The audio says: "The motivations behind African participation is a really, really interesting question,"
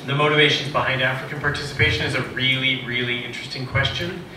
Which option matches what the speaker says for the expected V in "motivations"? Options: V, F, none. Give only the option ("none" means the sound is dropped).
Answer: V